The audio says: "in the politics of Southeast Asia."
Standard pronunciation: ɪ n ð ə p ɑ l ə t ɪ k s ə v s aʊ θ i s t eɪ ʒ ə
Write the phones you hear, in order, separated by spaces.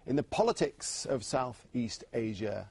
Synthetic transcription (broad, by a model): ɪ n ð ə p ɑ l ə t ɪ k s ə v s aʊ θ i s t eɪ ʒ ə